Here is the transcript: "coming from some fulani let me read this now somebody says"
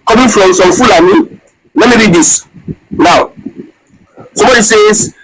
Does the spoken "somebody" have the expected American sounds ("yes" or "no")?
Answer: no